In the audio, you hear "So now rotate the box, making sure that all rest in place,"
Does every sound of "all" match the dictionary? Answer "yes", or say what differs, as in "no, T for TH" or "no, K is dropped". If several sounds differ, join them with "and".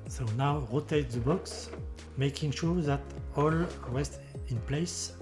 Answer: yes